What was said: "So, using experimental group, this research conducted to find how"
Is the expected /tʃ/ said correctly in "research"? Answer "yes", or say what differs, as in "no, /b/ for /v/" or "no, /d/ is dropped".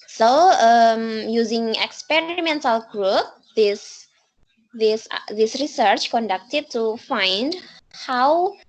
yes